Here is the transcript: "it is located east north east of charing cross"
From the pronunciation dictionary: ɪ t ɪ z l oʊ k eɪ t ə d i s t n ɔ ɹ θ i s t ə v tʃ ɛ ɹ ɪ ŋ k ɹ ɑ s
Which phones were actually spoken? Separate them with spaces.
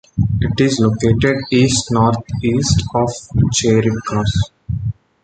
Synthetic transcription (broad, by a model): ɪ t ɪ z l oʊ k eɪ t ə d i s t n ɔ ɹ t i s t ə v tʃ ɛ ɹ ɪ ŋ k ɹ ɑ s